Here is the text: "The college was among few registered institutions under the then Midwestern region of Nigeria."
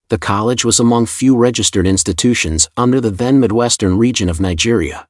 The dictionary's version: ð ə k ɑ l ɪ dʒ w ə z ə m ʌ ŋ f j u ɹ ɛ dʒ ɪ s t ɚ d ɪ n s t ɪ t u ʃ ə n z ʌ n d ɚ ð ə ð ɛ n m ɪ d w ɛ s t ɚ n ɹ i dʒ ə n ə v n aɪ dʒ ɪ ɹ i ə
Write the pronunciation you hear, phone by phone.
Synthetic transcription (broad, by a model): ð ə k ɑ l ɪ dʒ w ə z ə m ʌ ŋ f j u ɹ ɛ dʒ ɪ s t ɚ d ɪ n s t ɪ t u ʃ ə n z ʌ n d ɚ ð ə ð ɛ n m ɪ d w ɛ s t ɚ n ɹ i dʒ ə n ə v n aɪ dʒ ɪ ɹ i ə